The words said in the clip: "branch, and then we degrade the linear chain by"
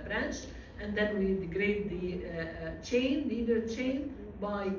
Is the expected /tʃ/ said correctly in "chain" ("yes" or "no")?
yes